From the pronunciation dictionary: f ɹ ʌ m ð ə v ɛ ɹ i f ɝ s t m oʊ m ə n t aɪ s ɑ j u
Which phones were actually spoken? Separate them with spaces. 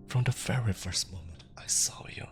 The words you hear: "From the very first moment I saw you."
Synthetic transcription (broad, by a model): f ɹ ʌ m ð ə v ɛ ɹ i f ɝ s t m oʊ m ə n t aɪ s ɑ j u